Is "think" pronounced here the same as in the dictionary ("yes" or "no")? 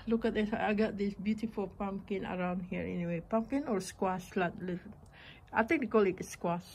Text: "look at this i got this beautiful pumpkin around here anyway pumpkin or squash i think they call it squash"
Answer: no